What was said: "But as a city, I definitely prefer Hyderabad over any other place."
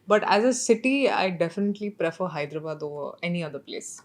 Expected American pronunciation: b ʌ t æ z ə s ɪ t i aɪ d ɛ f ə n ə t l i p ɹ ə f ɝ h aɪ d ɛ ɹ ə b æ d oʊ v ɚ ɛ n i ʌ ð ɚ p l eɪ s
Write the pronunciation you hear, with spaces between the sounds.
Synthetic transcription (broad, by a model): b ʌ t æ z ə s ɪ t i aɪ d ɛ f ə n ə t l i p ɹ ə f ɝ h aɪ d ɹ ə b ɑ d oʊ ɚ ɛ n i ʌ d ɚ p l eɪ s